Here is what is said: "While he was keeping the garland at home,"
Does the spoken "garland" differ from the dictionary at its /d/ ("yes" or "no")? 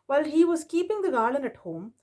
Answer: yes